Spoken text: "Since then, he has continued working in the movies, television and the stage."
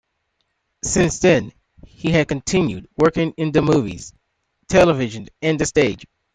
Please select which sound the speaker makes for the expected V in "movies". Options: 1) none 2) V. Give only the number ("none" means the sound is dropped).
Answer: 2